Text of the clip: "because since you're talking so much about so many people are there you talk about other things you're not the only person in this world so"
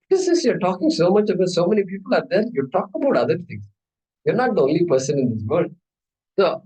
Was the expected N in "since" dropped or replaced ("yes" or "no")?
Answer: yes